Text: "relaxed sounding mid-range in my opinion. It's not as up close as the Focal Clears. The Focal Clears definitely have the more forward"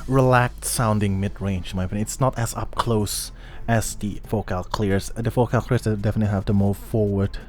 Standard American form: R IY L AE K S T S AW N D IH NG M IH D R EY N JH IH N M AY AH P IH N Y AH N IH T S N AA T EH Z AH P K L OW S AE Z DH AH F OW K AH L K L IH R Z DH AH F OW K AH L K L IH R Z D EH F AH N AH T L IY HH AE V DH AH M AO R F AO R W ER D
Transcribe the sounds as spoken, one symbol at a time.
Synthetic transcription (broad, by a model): R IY L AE K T S AW N D IH NG M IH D R EY N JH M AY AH IH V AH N IH T S N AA T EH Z AH P K L OW S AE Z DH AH F OW K AH L K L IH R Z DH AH F OW K AH L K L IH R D D EH F AH N AH T L IY HH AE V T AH M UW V F AO R W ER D